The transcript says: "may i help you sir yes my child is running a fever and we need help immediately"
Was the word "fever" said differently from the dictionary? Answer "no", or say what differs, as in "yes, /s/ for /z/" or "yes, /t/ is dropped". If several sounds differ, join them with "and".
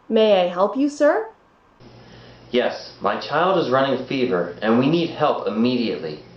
no